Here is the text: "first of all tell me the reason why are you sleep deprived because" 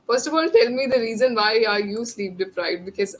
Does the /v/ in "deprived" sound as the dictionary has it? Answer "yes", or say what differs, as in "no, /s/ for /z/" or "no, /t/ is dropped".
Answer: no, /v/ is dropped